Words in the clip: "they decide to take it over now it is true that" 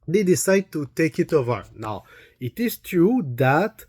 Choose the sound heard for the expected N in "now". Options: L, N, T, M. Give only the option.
N